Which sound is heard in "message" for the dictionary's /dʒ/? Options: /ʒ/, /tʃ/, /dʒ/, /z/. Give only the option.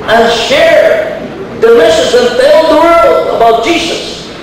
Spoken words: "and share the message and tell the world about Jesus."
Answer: /z/